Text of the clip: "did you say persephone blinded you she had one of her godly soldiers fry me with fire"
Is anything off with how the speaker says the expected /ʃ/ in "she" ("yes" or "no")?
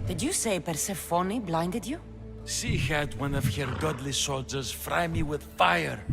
yes